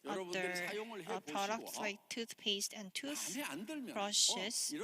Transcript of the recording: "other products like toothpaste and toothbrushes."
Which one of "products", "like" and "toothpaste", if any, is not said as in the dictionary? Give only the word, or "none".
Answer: none